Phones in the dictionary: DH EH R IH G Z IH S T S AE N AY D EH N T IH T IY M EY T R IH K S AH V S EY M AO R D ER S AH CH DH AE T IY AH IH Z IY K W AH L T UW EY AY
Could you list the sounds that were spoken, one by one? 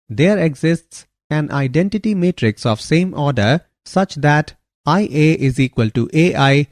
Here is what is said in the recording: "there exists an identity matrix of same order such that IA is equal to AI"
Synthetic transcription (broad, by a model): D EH R IH G Z IH S T S AE N AY D EH N T IH T IY M EY T R IH K S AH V S EY M AO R D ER S AH CH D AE T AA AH IH Z IY K W AH L T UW EY AY